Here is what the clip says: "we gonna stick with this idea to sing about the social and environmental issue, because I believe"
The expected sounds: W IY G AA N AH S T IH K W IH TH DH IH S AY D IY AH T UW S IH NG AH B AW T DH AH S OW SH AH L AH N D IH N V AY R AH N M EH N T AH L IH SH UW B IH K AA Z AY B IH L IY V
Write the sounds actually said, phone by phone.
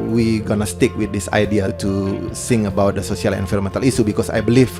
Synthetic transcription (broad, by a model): W IY G AA N AH S T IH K W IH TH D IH S AY D IY AH T UW S IH NG AH B AW T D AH S OW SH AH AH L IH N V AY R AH M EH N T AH L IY S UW B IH K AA S AY B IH L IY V